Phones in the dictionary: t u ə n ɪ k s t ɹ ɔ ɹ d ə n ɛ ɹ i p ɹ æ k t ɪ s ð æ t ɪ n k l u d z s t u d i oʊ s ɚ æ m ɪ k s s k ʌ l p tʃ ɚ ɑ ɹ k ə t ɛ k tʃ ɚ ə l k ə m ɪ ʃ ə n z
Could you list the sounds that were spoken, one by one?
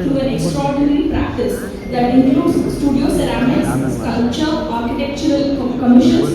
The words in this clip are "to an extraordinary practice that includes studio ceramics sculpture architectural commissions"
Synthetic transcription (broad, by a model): t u ə n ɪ k s t ɹ ɔ ɹ d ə n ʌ ɹ i p ɹ æ k t ɪ s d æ t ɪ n k l u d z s t u d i oʊ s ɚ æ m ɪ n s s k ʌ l tʃ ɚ ɑ ɹ k ə t ɛ k tʃ ɚ ə l k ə m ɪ ʃ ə n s